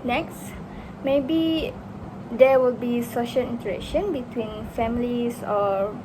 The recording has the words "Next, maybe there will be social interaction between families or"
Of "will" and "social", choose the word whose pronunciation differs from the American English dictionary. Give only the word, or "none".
none